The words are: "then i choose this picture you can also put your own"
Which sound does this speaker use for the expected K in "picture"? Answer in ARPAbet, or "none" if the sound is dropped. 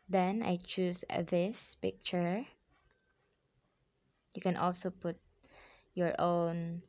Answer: K